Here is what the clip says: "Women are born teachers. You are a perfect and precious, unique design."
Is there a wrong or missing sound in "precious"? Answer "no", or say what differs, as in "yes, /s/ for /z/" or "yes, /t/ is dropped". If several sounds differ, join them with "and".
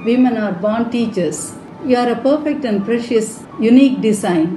no